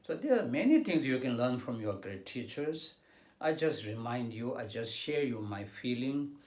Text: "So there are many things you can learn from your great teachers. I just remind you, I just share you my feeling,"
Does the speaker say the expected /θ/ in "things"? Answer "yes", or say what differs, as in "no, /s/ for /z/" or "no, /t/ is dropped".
no, /t/ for /θ/